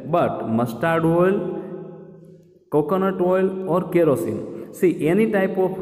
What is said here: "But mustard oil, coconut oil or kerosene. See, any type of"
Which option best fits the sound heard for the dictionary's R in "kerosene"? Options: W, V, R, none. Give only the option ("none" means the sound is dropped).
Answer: R